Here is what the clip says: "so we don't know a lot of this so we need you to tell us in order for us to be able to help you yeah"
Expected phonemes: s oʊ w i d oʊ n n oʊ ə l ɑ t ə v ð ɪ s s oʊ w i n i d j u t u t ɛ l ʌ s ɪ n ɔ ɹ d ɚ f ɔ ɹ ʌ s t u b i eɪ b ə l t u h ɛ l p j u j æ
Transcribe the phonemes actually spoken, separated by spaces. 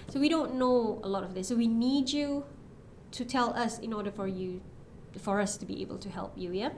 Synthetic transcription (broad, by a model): s oʊ w i d oʊ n n oʊ ə l ɑ t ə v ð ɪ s s oʊ w i n i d j u t u t ɛ l ʌ s ɪ n ɔ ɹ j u f ɔ ɹ ʌ s t u b i eɪ b ə l t u h ɛ l p j u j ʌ